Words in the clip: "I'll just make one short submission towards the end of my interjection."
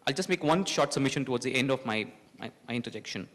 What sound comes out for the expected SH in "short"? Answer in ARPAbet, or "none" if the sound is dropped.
SH